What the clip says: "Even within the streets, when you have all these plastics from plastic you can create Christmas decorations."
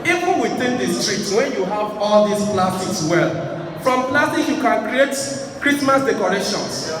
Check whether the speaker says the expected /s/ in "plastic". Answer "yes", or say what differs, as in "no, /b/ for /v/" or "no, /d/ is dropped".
no, /s/ is dropped